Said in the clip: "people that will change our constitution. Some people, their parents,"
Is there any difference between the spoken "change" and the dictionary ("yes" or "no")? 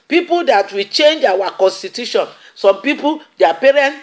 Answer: no